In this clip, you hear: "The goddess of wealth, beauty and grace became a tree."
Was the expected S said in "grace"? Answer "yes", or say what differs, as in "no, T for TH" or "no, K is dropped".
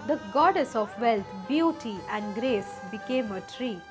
yes